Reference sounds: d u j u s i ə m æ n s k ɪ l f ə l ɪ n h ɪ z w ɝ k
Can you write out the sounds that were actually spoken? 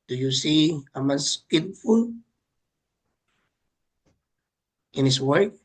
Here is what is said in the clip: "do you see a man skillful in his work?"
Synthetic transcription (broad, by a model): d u j u s i ə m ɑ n s k ɪ l f ə l ɪ n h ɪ s w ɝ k